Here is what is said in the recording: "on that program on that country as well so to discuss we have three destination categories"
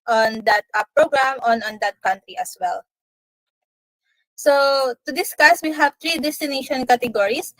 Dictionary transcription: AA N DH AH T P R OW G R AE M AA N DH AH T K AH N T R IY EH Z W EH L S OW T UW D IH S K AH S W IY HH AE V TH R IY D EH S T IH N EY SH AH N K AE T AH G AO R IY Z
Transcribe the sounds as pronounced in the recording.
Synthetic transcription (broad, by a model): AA N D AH T P R OW G R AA M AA N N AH T K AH N T R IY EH S W EH L S OW T UW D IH S K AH S W IY HH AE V T R IY D EH S T IH N EY SH AH N K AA T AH G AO R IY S